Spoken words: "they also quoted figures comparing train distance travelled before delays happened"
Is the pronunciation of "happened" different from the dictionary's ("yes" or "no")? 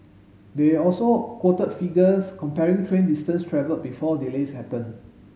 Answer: yes